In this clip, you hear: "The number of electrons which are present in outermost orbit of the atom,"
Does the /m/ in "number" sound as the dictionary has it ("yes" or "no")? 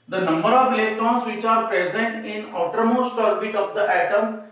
yes